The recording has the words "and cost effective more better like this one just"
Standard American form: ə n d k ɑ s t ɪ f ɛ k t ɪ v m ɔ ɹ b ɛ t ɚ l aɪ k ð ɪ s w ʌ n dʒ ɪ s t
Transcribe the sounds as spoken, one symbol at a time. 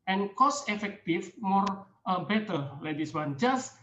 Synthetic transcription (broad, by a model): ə n k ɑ s ɪ f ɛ k t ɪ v m ɔ ɹ b ɛ t ɚ l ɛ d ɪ s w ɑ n dʒ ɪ s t